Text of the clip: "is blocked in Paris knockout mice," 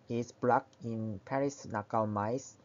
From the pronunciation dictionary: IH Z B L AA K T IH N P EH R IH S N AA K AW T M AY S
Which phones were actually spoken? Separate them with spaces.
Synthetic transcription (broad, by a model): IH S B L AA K IH N P EH R IH S N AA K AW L M AY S